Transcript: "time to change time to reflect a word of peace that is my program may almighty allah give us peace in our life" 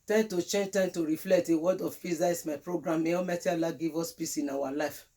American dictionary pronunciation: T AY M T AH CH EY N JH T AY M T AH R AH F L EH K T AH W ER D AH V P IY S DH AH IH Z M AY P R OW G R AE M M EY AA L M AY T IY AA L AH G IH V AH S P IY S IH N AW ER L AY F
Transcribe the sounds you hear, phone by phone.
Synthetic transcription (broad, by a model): T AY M T AH CH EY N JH T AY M T AH R AH F L EH K T AH W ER D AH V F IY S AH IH S M AY P R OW G R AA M M EY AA M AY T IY AA L AH G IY V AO S P IY S IH N AW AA L AY F